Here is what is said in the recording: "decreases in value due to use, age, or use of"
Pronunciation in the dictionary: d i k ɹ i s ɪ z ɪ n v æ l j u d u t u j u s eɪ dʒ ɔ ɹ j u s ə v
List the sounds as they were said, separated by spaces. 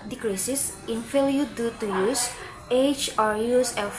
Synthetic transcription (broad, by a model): d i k ɹ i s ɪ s ɪ n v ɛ l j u d u t u j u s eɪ tʃ ɔ ɹ j u s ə